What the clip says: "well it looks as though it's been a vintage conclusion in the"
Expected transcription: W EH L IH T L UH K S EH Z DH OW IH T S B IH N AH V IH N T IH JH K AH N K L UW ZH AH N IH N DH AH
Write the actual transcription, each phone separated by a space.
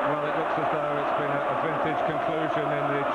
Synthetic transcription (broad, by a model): W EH L IH T L UH K S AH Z DH OW IH T S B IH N AH V IH N T IH JH K AH N K L UW ZH AH N IH N DH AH